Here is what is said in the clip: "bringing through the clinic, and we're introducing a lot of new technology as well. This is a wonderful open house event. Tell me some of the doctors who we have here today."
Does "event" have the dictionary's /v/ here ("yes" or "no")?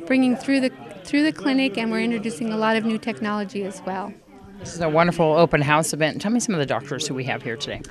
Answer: no